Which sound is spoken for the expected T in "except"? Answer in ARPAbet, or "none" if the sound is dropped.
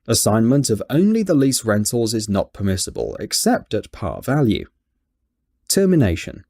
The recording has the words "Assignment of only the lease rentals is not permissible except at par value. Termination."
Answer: T